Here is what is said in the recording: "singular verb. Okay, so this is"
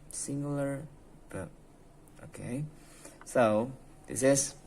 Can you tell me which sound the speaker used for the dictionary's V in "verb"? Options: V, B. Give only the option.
B